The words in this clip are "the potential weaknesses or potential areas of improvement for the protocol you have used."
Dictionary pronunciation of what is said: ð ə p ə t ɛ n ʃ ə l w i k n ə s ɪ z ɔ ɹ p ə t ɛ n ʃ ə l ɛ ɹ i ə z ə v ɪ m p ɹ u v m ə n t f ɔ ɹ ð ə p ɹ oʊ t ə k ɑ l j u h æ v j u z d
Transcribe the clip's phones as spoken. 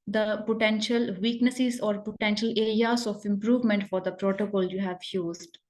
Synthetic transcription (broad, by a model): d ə p ə t ɛ n ʃ ə l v i k n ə s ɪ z ɔ ɹ p ə t ɛ n ʃ ə l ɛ ɹ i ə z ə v ɪ m p ɹ u v m ə n t f ɔ ɹ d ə p ɹ oʊ t ə k ɑ l j u h æ v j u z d